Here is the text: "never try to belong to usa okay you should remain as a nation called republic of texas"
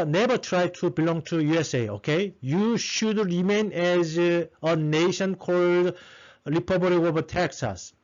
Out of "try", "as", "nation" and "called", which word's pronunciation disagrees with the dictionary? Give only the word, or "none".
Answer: none